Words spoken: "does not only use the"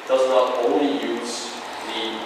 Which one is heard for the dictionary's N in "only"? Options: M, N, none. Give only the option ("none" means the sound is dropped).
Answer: none